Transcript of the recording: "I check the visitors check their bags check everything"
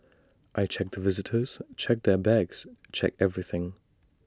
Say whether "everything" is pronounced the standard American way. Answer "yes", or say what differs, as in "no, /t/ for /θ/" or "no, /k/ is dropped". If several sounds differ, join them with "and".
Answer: yes